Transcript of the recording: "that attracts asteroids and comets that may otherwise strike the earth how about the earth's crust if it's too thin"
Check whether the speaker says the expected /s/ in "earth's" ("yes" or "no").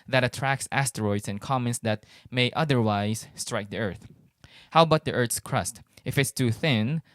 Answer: yes